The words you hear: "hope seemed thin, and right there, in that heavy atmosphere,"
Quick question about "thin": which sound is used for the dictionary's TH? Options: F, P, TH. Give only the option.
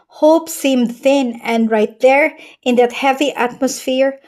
TH